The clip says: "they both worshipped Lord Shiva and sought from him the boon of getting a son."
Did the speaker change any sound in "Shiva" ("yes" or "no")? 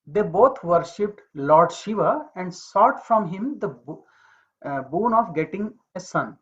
no